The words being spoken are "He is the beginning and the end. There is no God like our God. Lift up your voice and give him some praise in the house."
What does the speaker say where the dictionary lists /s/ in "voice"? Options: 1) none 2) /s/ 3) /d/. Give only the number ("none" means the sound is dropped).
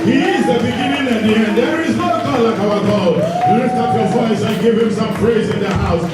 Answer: 2